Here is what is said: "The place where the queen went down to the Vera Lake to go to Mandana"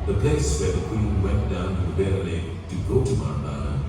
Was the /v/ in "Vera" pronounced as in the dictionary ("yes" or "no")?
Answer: no